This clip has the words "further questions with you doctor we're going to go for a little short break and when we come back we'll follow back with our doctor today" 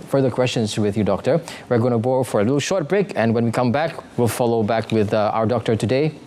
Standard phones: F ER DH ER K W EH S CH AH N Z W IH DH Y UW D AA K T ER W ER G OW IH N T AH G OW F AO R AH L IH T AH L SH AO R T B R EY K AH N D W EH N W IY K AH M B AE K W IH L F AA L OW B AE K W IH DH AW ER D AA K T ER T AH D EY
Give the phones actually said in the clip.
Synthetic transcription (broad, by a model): F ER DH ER K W EH S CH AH N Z W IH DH Y UW D AA K T ER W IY G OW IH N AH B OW F AO R AH L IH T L SH AO R T B R EY K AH N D W EH N W IY K AH M B AE K W IH L F AA L OW B AE K W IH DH AW ER D AA K T ER T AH D EY